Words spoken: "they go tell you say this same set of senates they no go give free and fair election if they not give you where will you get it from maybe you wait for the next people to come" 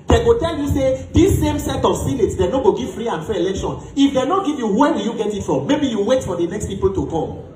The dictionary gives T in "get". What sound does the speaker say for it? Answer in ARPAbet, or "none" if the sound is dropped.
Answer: T